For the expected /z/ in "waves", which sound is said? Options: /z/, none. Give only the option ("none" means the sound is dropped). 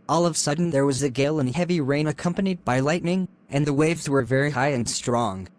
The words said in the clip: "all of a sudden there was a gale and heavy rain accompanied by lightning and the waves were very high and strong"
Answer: /z/